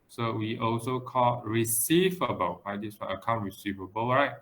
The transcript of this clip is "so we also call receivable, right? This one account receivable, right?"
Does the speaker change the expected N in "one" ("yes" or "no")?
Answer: yes